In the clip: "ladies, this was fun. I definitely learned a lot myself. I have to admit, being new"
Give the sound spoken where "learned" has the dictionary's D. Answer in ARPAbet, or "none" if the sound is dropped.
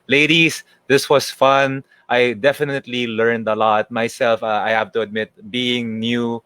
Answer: D